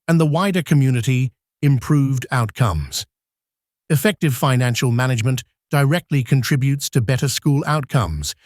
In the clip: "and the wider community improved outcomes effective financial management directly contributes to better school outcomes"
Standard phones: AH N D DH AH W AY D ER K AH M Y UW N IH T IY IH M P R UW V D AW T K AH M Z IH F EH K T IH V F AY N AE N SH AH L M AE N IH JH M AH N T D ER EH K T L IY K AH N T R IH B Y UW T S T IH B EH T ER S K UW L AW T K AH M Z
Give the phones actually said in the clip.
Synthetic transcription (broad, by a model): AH N DH AH W AY D ER K AH M Y UW N IH T IY IH M P R UW V D AW T K AH M Z IH F EH K T IH V F AY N AE N SH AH L M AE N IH JH M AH N D ER EH K T L IY K AH N T R IH B Y UW T S T IH B EH T ER S K UW L AW T K AH M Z